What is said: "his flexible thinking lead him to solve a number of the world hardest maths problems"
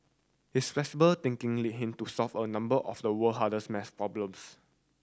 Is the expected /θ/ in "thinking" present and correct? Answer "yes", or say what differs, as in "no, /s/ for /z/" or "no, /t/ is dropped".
no, /t/ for /θ/